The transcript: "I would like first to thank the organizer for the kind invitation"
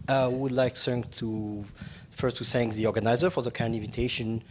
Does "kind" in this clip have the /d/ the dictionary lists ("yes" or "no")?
no